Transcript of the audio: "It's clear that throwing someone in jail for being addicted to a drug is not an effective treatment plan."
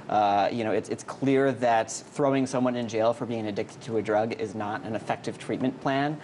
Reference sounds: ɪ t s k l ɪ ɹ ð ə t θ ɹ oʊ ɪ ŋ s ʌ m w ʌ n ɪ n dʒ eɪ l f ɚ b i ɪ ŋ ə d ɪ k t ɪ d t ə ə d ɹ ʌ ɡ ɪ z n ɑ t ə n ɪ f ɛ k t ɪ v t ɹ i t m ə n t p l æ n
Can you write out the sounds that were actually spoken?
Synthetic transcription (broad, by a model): ɪ t s k l ɪ ɹ ð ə t θ ɹ oʊ ɪ ŋ s ʌ m w ʌ n ɪ n dʒ eɪ l f ɚ b i ɪ ŋ ə d ɪ k t ɪ d t ə ə d ɹ ʌ ɡ ɪ z n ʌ t ə n ɪ f ɛ k t ɪ v t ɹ i t m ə n p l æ n